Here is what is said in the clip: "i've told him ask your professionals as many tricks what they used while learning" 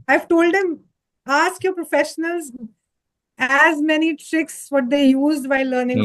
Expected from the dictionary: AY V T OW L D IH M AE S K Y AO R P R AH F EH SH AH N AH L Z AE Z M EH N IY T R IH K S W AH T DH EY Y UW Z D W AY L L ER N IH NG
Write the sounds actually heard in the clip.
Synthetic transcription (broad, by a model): AY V T OW L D IH M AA S K Y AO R P R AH F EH SH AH N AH L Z AE Z M EH N IY T R IH K S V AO T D EY Y UW Z D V AY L L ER N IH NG